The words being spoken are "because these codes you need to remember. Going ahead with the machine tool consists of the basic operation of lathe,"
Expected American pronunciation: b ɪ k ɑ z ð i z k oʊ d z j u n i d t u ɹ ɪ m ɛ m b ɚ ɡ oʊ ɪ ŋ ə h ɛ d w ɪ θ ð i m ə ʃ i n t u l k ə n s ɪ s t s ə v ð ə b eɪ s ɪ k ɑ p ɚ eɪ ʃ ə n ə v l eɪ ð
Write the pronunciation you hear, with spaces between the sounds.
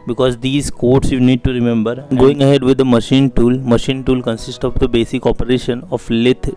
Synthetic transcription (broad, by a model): b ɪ k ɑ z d i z k oʊ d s j u n i d t u ɹ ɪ m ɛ m b ɚ ɡ oʊ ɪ ŋ ə h ɛ d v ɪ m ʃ i m ə ʃ i n t u l k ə n s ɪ s t ə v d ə b eɪ s ɪ k ɑ p ɚ eɪ ʃ ə n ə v l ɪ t